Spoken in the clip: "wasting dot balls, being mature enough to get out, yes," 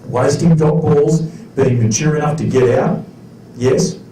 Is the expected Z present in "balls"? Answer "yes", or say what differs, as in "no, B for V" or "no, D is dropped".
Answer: yes